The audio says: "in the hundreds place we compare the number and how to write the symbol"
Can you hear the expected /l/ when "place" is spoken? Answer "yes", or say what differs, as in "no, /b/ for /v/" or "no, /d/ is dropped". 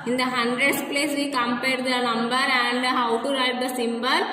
yes